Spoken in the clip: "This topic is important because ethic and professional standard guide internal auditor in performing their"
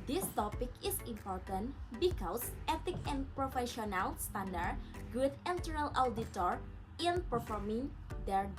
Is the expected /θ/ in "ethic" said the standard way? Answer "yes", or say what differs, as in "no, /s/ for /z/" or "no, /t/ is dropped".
no, /t/ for /θ/